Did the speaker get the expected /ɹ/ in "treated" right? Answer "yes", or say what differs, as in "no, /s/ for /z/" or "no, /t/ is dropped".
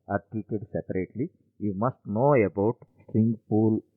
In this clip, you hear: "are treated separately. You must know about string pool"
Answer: no, /ɹ/ is dropped